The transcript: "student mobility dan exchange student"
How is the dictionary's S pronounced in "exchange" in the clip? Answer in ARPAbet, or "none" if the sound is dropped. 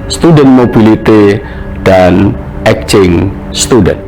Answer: none